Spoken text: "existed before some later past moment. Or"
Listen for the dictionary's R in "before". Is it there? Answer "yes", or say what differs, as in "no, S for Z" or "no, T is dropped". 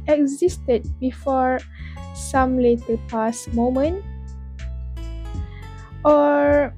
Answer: yes